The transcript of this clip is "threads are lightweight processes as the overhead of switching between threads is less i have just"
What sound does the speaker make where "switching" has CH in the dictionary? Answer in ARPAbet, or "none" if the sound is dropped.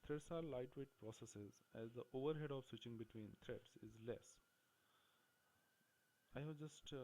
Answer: CH